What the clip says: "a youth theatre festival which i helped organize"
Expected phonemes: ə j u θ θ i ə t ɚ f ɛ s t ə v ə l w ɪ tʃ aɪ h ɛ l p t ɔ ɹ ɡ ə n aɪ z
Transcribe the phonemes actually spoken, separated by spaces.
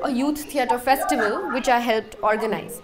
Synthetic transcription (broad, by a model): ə j u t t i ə t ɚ f ɛ s t ə v ə l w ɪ tʃ aɪ h ɛ l p t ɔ ɹ ɡ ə n aɪ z